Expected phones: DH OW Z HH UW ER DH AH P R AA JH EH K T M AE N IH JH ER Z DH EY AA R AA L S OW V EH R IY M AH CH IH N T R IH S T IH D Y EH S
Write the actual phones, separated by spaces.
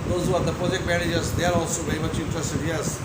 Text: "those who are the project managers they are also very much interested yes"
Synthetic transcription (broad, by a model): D OW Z HH UW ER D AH P R AA JH EH K T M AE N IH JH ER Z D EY AA R AA L S OW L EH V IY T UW IH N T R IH S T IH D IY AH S